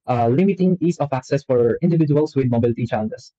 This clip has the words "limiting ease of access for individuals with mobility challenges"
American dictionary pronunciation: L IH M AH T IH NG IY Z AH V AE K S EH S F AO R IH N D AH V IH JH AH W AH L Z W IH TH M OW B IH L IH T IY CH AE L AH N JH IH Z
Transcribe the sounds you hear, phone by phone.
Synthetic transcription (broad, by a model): L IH M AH T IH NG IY S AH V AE K S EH S F AO R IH N D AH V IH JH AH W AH L S W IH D M OW B IH L IH T IY CH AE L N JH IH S